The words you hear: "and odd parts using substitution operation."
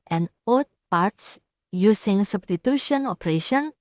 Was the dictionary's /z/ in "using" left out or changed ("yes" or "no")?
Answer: yes